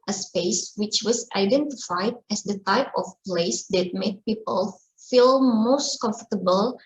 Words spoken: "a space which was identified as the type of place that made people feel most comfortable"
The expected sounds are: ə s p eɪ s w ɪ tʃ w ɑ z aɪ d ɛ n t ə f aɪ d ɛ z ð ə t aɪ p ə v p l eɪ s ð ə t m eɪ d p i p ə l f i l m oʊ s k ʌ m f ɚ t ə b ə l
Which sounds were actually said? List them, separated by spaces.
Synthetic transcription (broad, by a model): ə s p eɪ s w ɪ tʃ w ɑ s aɪ d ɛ n t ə f aɪ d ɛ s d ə t aɪ p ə f p l eɪ s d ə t m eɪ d p i p ə l f i l m oʊ s k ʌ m f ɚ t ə b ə l